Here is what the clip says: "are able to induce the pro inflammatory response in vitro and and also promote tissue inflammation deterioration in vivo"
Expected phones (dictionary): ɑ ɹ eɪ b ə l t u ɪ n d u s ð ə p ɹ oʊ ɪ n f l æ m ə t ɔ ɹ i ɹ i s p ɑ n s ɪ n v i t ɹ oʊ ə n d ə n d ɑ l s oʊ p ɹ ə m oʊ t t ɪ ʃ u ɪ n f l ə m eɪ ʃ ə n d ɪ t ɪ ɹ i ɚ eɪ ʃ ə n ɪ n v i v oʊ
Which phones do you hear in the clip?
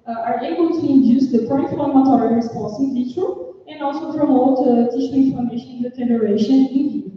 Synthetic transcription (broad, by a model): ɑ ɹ eɪ b ə l t u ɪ n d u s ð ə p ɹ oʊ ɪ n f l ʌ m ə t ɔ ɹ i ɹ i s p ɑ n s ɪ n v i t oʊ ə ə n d ɑ l s oʊ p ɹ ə m oʊ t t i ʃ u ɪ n f ə m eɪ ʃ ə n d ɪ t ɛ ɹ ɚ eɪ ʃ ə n ɪ n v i